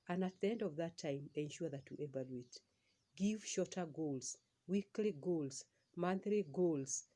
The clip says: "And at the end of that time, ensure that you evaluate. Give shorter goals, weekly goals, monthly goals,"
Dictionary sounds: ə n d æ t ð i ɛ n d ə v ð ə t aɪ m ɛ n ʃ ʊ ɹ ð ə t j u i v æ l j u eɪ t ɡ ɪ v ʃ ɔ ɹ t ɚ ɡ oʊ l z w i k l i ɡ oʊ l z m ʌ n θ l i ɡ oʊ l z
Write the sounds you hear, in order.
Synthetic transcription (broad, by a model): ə n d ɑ t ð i ɛ n d ə v ð ə t aɪ m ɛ n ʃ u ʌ ð ə t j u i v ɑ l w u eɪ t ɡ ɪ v ʃ ɔ t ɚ ɡ oʊ l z w i k l i ɡ oʊ l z m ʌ n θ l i ɡ oʊ l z